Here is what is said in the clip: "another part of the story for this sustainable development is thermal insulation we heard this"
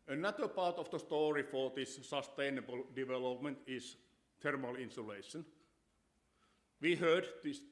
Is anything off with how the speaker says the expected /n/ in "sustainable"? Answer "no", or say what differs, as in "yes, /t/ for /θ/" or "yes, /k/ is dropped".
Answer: no